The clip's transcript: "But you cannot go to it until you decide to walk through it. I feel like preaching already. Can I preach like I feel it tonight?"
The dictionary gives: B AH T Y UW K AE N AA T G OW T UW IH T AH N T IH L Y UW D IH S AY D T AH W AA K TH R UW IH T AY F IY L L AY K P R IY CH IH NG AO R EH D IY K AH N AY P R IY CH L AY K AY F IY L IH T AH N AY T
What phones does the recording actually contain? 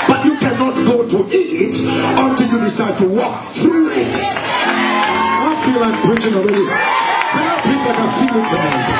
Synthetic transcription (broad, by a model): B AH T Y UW K AE N AA T G OW T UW IH T AH N T IH L Y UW D IH S AY D T AH W AA K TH R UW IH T AY F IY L L AY K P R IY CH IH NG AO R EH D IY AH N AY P IY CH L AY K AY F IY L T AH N